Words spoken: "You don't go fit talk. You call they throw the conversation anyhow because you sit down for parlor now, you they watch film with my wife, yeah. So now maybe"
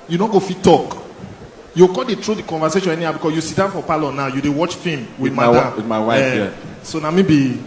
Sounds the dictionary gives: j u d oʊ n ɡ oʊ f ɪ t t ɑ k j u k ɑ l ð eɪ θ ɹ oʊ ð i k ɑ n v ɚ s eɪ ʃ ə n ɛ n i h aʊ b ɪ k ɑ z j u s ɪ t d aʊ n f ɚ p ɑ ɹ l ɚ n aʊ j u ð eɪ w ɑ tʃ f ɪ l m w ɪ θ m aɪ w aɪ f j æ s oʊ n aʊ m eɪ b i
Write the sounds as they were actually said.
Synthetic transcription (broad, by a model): j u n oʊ ɡ oʊ f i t t ɑ k j u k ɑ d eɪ t ɹ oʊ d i k ɑ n v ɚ s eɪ ʃ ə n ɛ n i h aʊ b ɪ k ɑ s j u s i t d aʊ n f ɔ p ɑ l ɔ n aʊ j u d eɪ w ɑ tʃ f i m w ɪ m m aɪ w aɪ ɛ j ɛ s oʊ n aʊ m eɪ b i